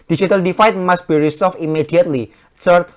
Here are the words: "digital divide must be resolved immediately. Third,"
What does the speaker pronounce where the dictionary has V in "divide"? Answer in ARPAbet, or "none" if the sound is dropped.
F